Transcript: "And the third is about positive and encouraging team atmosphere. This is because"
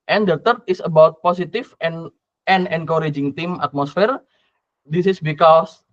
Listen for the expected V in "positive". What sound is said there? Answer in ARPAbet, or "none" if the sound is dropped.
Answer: F